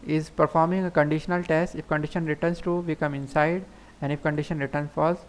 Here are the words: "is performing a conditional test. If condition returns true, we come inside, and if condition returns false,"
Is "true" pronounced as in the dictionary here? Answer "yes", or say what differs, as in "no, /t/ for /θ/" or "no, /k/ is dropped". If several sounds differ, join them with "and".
no, /ɹ/ is dropped